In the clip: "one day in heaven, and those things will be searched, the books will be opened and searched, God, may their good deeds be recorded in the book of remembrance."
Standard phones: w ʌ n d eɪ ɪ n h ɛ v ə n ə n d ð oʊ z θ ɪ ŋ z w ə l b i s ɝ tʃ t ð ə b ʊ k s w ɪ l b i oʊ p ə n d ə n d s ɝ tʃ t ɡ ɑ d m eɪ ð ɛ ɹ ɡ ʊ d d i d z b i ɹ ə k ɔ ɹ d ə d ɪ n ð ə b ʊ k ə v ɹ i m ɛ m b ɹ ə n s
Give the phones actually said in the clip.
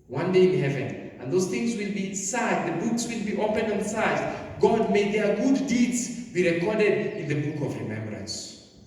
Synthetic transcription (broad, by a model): w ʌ n d eɪ ɪ n h ɛ v ə n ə n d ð oʊ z θ ɪ ŋ z w ə l b i s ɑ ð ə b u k s w ɪ l b i oʊ p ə n ə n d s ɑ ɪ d ɡ ɑ d m eɪ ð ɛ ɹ ɡ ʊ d d i d z b i ɹ ə k ɔ ɹ d ə d ɪ n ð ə b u k ə v ɹ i m ɛ m b ɹ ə n s